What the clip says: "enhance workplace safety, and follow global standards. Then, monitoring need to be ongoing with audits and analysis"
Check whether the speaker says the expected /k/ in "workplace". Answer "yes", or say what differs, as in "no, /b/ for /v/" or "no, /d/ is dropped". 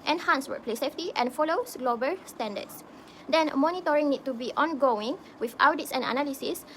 no, /k/ is dropped